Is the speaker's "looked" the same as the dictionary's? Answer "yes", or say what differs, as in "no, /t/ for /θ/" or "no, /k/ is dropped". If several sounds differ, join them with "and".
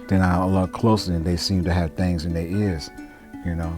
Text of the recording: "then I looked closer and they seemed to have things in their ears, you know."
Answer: no, /k/ is dropped